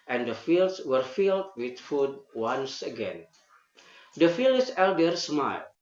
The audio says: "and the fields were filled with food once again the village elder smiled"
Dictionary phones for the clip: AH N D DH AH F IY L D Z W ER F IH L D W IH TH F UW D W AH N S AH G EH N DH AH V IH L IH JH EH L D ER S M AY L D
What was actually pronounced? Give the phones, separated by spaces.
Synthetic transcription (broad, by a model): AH N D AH F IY L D S W ER F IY L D W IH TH F UW D W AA N S AH G EH N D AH F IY L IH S EH L D ER S M AY L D